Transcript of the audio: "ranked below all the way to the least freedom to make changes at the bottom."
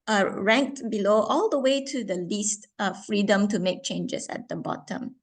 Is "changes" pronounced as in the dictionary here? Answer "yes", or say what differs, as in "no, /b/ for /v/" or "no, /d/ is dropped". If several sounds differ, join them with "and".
no, /s/ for /z/